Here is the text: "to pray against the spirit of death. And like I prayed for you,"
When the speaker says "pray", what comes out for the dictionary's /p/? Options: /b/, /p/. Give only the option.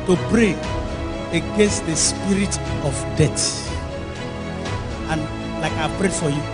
/b/